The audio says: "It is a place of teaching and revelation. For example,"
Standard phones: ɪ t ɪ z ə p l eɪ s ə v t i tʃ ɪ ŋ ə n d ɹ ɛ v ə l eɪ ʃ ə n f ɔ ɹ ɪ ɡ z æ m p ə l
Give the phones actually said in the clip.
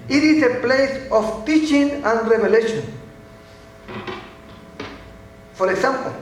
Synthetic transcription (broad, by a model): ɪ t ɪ s ə p l eɪ s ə f t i tʃ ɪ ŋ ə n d ɹ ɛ b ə l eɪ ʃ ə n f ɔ ɹ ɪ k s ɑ m p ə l